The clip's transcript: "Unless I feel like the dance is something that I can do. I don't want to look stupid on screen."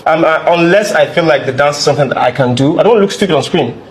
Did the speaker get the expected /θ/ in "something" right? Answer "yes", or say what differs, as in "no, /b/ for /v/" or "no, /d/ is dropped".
yes